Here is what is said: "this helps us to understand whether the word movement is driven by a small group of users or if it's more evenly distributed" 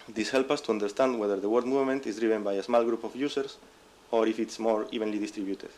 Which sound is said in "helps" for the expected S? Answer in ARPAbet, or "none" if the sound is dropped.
none